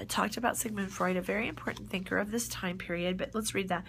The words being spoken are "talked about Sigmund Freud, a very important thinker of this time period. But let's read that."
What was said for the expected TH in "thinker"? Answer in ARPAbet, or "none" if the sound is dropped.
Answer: TH